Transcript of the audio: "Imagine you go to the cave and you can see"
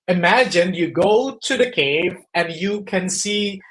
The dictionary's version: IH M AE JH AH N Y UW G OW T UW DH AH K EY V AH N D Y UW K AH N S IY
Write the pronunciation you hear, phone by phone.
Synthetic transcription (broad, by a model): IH M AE JH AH N Y UW G OW T UW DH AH K EY V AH N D Y UW K AH N S IY